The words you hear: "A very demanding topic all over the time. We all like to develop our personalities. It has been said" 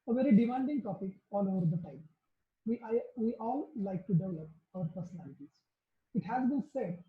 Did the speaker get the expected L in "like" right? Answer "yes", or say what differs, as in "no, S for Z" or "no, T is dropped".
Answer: yes